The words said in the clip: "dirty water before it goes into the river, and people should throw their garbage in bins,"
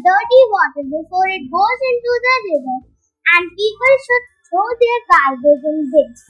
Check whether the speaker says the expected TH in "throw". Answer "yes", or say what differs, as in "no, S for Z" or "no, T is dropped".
no, S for TH